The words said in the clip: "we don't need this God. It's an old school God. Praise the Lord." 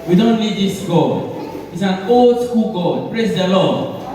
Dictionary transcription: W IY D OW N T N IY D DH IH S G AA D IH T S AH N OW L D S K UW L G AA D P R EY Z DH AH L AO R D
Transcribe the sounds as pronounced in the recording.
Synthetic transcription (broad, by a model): W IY D OW N T L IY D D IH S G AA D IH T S AH N OW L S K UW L G AA D P R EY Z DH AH L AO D